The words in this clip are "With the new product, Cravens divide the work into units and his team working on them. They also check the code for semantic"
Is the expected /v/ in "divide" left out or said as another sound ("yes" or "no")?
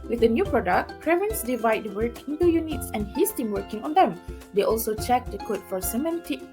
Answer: no